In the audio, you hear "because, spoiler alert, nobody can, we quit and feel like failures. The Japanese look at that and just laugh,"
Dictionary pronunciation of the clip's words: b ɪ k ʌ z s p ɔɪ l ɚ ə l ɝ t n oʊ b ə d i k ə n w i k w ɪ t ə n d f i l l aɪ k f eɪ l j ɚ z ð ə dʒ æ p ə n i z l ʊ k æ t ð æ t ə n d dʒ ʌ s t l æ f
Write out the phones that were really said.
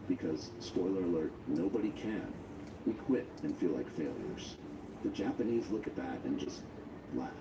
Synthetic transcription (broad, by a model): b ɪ k ʌ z s p ɔɪ l ɚ ə l ɝ t n oʊ b ə d i k ə n w i k w ɪ t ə n f i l l aɪ k f eɪ l j ɚ z ð ə dʒ æ p ə n i z l ʊ k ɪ t ð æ t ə n dʒ ʌ s t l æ